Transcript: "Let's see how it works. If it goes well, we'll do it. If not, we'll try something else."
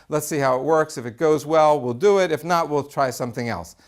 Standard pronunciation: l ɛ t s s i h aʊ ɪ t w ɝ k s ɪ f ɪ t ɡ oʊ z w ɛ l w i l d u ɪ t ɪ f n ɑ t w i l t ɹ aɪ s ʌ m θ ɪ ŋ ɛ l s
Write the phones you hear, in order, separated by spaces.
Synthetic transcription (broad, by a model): l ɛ t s s i h aʊ ɪ t w ɝ k s ɪ f ɪ t ɡ oʊ z w ɛ l w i l d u ɪ t ɪ f n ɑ t w i l t ɹ aɪ s ʌ m θ ɪ ŋ ɛ l s